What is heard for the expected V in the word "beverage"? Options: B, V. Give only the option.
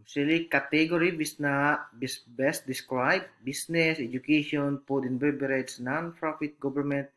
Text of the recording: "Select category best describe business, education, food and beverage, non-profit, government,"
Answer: B